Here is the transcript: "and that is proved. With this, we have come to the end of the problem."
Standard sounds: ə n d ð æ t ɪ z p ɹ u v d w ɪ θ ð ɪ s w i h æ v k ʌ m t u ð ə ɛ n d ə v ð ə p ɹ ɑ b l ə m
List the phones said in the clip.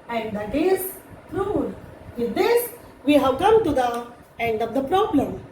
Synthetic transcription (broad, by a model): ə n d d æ t ɪ z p ɹ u d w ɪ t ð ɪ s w i h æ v k ʌ m t u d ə ɛ n d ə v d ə p ɹ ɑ b l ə m